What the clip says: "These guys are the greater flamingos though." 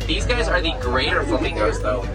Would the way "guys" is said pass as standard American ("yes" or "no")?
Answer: yes